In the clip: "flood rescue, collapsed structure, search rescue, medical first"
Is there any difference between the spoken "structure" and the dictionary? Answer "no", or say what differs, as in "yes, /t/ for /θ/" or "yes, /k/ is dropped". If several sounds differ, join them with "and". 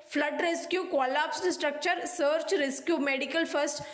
no